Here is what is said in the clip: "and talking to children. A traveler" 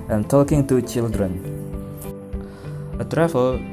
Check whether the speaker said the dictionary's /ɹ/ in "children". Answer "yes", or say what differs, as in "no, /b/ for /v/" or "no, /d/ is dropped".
yes